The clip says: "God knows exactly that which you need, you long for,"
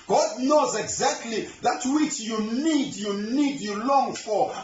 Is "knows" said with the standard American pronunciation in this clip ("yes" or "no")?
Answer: yes